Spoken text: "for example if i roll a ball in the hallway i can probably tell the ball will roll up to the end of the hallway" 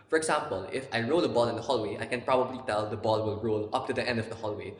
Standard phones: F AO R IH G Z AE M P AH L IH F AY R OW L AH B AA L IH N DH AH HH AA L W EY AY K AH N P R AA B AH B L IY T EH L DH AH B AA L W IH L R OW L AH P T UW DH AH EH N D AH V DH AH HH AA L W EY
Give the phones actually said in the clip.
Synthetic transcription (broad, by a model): F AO R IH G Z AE M P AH L IH F AY R OW L AH B AA L IH N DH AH HH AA L W EY AY K AH N P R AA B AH B L IY T EH L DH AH B AA L W IH L R OW L AH P T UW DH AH EH N D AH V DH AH HH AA L W EY